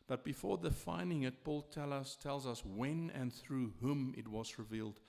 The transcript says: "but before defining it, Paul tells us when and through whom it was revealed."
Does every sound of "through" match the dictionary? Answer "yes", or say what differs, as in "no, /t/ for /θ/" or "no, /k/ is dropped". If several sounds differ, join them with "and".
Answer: yes